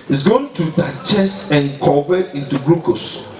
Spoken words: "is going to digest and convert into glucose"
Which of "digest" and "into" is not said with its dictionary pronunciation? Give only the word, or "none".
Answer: digest